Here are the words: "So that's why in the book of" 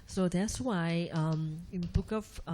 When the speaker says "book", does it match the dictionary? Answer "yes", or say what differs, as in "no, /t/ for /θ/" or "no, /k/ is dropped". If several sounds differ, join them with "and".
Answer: yes